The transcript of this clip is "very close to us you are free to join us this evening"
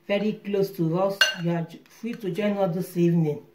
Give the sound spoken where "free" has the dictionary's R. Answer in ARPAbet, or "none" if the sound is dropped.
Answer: none